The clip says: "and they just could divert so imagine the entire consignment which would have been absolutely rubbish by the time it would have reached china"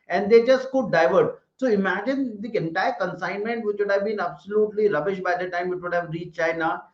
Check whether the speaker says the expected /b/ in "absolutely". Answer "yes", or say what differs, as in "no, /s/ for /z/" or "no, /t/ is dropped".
yes